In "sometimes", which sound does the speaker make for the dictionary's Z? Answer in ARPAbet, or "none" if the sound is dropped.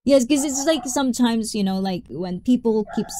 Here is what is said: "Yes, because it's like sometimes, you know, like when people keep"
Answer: Z